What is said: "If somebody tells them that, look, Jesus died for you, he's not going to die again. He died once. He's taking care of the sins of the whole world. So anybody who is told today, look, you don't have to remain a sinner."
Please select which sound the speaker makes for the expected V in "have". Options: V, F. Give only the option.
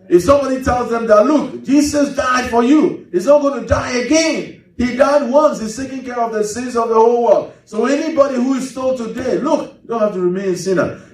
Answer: F